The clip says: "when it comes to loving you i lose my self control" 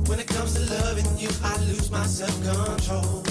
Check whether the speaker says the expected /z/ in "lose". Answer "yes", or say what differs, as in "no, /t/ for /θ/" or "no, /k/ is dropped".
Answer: yes